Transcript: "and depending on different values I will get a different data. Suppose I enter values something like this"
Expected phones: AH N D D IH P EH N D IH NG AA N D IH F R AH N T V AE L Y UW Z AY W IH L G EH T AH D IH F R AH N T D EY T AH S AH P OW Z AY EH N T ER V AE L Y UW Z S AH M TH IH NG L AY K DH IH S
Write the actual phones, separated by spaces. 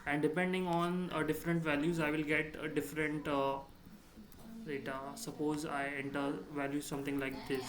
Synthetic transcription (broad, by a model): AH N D D IH P EH N D IH NG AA N D IH F R AH N T V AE L Y UW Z AY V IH L G EH T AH D IH F R AH N T D EY T AH S AH P OW Z AY EH N T ER V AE L Y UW S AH M T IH NG L AY K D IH S